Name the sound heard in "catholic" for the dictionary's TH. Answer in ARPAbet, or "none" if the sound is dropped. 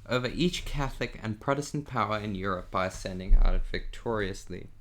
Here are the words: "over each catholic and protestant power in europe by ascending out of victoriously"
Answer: TH